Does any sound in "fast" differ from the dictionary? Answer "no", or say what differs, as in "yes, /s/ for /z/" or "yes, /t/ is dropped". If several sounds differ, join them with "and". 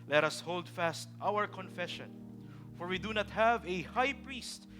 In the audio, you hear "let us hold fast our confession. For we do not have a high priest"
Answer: no